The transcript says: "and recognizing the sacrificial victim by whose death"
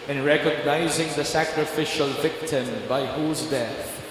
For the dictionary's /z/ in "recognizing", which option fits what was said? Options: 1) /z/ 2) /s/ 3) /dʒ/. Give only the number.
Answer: 1